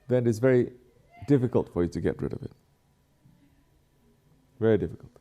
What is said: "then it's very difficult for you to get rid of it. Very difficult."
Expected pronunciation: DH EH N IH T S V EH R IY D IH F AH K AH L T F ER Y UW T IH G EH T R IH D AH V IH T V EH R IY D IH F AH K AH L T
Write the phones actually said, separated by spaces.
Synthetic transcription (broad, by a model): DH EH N IH T S V EH R IY D IH F AH K AH L T F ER Y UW T IH G EH T R IH D AH V IH T V EH R IY D IH F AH K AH L T